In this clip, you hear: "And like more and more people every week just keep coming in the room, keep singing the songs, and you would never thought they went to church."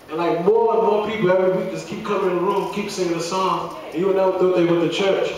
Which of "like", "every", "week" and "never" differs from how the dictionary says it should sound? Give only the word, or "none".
never